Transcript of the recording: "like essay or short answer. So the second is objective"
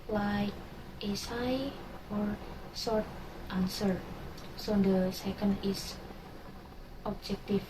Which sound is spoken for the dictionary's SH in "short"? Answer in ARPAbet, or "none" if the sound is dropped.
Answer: S